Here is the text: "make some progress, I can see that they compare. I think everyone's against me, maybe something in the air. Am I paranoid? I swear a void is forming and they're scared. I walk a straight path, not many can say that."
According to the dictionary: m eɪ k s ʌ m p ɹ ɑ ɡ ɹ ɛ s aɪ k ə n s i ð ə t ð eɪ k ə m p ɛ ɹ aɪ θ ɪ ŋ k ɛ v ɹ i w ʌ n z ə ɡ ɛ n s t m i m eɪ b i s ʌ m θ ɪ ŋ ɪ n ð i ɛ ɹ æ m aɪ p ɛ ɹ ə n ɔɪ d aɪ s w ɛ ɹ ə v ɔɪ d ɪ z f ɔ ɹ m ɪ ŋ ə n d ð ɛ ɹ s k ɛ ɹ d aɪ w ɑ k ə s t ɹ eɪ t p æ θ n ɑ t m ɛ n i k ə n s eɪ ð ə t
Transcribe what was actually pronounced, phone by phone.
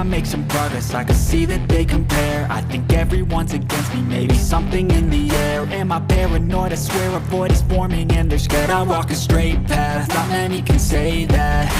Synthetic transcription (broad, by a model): m eɪ k s ʌ m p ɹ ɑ ɡ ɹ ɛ s aɪ k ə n s i ð ə t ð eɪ k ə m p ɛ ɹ aɪ θ ɪ ŋ k ɛ v ɹ i w ʌ n z ə ɡ ɛ n s t m i m eɪ b i s ʌ m θ ɪ ŋ ɪ n ð i ɛ ɹ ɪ m aɪ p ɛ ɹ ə n ɔɪ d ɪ s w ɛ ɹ ə b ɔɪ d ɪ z f ɔ ɹ m ɪ ŋ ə n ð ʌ ɹ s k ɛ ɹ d aɪ w ɑ k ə s t ɹ eɪ t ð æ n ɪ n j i k ə n s eɪ ð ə t